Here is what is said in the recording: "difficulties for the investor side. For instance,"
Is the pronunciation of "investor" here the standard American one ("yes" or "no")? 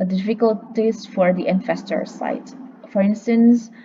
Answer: no